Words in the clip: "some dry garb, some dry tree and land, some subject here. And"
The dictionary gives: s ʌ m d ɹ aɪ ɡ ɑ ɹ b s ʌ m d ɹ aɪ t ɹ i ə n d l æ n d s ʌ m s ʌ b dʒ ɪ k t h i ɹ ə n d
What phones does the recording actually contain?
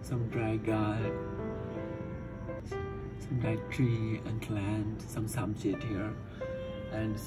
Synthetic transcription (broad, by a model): s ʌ m d ɹ aɪ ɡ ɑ s ʌ m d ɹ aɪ t ɹ i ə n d l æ n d s ʌ m s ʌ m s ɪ t h i ɹ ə n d